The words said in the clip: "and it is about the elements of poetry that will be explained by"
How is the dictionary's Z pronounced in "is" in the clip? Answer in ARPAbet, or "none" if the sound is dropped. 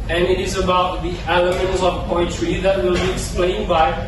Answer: Z